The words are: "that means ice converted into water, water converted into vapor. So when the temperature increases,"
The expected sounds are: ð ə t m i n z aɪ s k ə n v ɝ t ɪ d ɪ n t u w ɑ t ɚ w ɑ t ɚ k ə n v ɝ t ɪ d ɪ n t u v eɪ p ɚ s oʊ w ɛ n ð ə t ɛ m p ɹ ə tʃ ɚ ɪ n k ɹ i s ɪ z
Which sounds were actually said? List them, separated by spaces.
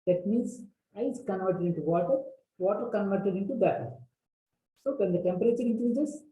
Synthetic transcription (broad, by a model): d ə t m i n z aɪ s k ə n v ɝ t ɪ d ɪ n t u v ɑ t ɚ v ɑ t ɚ k ə n v ɝ t ɪ d ɪ n t u b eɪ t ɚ s oʊ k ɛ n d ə t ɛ m p ɹ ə tʃ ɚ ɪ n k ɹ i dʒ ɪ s